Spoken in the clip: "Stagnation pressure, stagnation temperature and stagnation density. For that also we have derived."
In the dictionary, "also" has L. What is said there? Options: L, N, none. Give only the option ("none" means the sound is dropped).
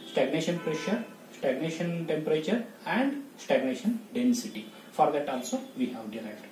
L